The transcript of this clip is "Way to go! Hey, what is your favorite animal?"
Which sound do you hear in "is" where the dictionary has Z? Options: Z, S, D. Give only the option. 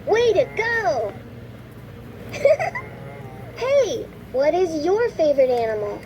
Z